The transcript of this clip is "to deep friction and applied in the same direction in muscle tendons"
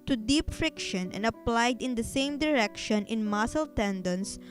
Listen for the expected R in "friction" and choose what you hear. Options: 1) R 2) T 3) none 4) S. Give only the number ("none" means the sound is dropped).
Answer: 1